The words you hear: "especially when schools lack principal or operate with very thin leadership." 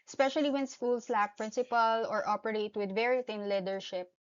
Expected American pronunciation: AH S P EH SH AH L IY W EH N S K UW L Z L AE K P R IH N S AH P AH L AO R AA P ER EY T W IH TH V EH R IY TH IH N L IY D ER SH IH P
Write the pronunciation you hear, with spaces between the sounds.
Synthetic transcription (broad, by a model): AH S P EH SH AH L IY W EH N S K UW L S L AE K P R IH N S AH P AH L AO R AA P ER EY T W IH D V EH R IY T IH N L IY D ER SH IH P